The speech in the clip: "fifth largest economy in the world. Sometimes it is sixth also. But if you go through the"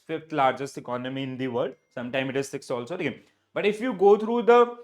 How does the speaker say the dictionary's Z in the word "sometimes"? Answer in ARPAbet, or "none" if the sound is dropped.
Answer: none